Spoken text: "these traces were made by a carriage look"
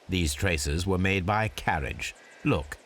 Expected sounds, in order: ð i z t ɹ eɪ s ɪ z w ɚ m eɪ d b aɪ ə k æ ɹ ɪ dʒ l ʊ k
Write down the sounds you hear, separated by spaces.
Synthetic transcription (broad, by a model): ð i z t ɹ eɪ s ɪ z w ɚ m eɪ d b aɪ ə k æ ɹ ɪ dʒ l ʊ k